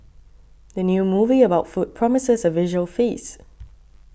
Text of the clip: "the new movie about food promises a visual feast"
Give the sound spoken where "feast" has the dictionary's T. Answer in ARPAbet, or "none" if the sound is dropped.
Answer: none